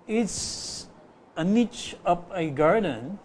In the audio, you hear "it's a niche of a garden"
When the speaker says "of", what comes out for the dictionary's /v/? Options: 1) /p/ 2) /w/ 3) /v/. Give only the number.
1